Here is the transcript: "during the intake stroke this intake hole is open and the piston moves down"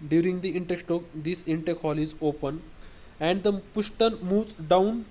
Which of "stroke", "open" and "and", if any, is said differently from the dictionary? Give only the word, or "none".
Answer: stroke